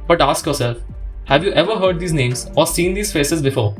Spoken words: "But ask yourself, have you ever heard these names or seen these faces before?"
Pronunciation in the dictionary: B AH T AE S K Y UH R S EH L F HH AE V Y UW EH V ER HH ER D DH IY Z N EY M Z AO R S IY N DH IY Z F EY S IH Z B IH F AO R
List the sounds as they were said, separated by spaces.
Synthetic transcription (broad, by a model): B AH T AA S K Y UH R S EH L F HH AE V Y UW EH V ER HH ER D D IY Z N EY M Z AO R S IY N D IY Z F EY S IH Z B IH F AO R